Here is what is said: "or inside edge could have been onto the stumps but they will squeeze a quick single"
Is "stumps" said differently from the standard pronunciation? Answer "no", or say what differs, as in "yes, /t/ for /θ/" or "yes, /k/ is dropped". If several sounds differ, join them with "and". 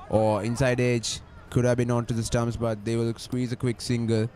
yes, /p/ is dropped